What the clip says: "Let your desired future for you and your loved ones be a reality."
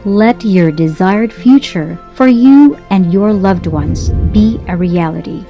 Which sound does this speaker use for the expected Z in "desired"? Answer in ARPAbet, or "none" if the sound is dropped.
Z